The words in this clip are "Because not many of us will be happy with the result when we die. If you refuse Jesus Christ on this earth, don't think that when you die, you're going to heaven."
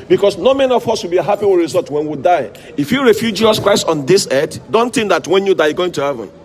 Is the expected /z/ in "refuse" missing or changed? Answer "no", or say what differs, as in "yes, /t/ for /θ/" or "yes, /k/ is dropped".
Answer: yes, /z/ is dropped